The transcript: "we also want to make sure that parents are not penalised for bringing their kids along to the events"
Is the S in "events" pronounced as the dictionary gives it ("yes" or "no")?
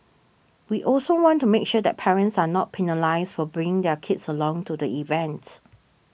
no